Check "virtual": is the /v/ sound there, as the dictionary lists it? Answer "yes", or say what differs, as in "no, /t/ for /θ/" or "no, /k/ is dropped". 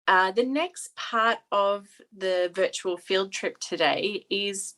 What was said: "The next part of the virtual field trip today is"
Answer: yes